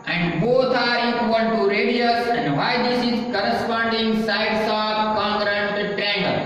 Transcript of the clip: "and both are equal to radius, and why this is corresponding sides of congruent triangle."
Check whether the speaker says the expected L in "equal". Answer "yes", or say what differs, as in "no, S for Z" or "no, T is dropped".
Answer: no, N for L